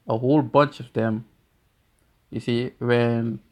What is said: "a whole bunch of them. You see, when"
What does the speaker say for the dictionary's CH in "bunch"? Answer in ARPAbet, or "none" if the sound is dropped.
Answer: CH